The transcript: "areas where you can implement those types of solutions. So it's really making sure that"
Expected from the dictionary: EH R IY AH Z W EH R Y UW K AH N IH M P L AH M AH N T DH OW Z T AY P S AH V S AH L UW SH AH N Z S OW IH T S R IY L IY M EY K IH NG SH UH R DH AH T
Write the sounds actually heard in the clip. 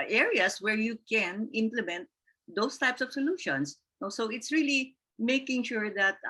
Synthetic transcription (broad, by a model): EH R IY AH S W EH R Y UW K AH N IH M P L AH M AH N T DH OW S T AY P S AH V S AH L UW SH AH N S S OW IH T S R IY L IY M EY K IH NG SH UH R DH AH T